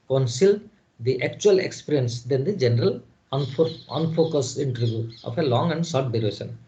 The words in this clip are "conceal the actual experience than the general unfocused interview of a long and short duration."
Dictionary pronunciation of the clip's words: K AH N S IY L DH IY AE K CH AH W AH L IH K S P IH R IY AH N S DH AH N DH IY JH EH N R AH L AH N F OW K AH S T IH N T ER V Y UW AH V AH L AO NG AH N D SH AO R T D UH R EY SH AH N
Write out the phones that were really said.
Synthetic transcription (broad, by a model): K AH N S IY L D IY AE K CH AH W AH L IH K S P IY R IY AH N S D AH N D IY JH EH N R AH L AH N F OW K AH S T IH N T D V Y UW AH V AH L AO NG AH N D S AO R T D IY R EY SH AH N